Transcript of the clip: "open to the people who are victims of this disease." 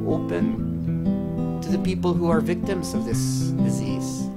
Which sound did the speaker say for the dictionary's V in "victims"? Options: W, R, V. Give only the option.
V